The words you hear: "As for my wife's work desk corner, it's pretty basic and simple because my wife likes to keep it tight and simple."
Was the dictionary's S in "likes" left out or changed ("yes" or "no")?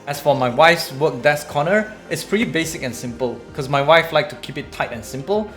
yes